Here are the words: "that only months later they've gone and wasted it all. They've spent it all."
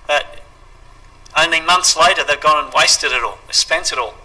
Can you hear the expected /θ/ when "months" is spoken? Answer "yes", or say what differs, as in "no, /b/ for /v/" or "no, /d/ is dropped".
yes